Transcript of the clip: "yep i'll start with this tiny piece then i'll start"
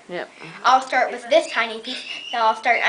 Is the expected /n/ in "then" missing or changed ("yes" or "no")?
yes